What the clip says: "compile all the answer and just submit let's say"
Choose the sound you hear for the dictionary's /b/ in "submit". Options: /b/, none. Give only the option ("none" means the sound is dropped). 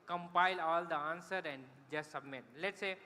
/b/